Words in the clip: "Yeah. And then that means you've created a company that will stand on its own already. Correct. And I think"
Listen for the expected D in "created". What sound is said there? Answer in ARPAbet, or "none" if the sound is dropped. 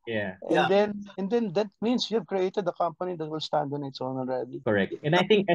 D